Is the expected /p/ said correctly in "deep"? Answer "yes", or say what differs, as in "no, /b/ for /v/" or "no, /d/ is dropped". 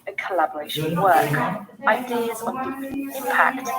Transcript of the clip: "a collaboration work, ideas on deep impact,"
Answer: no, /p/ is dropped